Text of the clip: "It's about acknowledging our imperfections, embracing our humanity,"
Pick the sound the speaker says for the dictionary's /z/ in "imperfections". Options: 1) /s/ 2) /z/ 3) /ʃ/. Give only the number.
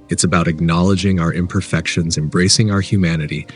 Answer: 2